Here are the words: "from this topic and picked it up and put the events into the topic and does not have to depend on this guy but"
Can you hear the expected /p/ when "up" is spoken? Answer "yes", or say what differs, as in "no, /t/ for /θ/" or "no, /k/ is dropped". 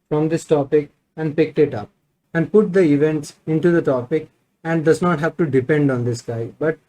yes